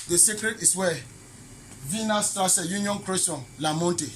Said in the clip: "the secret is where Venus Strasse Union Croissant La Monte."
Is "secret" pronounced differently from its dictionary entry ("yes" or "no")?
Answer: no